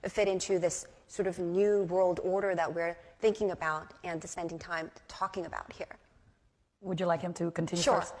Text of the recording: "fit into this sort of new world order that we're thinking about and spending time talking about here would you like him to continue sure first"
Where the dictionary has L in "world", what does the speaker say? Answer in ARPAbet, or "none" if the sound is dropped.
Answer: L